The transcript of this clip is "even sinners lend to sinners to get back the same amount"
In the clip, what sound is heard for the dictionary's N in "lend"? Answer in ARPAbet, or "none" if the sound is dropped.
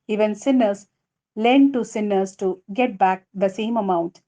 N